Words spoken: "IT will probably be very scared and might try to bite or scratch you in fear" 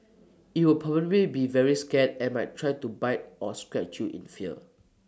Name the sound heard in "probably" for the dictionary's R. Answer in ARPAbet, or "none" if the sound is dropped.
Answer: none